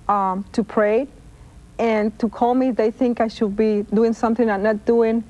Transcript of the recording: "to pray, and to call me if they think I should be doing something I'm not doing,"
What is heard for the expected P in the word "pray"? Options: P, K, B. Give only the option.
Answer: P